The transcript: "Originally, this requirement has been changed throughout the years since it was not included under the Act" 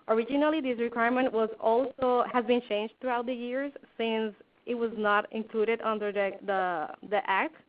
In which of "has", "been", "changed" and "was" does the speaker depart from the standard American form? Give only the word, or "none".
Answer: none